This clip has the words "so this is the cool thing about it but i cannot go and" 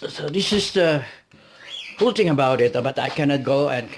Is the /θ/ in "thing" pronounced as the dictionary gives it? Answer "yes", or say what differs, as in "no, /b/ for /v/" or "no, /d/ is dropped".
no, /t/ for /θ/